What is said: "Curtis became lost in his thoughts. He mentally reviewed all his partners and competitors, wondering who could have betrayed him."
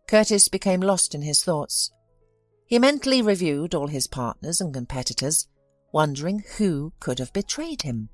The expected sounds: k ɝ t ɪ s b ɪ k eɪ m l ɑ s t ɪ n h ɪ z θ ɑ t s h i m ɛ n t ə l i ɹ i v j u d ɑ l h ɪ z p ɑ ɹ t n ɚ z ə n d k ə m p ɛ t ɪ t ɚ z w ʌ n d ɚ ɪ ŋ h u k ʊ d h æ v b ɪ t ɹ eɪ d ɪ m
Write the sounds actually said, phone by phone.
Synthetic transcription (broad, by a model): k ɝ t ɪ s b ɪ k eɪ m l ɑ s t ɪ n ɪ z θ ɑ t s h i m ɛ n t l i ɹ i v j u d ɑ l ɪ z p ɑ ɹ t n ɚ z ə n k ə m p ɛ t ɪ t ɚ z w ʌ n d ɚ ɪ ŋ h u k ʊ d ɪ v b ɪ t ɹ eɪ d ɪ m